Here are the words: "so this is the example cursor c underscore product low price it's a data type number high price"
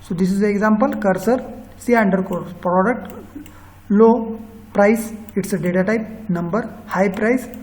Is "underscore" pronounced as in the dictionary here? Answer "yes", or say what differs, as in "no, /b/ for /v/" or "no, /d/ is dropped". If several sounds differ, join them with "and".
no, /s/ is dropped